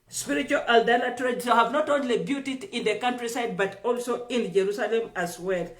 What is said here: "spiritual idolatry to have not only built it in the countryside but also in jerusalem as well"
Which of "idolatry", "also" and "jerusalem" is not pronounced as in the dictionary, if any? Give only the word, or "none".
idolatry